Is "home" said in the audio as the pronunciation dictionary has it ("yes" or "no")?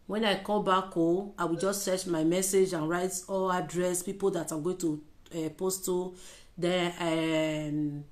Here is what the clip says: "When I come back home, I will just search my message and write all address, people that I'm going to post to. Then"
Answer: no